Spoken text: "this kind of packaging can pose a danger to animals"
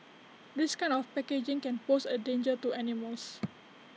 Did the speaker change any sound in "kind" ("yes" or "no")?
yes